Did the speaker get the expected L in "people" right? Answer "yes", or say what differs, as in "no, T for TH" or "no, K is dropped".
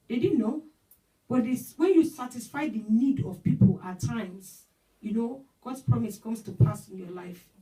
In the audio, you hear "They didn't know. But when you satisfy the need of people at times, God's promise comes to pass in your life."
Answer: yes